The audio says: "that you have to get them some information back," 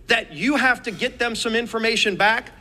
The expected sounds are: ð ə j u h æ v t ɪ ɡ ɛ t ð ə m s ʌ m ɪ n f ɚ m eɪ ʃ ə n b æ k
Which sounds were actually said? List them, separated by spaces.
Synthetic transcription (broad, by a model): ð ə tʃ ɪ h æ f t ɪ ɡ ɛ t ð ə m s ʌ m ɪ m f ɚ m eɪ ʃ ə n b æ k